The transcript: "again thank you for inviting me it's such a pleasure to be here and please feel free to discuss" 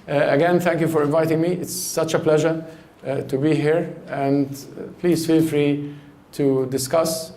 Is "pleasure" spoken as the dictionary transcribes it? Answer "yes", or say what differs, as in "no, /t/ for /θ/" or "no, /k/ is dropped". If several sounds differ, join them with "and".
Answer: yes